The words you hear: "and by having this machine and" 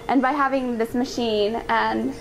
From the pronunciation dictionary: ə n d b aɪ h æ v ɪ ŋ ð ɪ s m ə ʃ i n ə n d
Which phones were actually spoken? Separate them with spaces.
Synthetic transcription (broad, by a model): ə n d b aɪ h æ v ɪ ŋ ð ɪ s m ə ʃ i n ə n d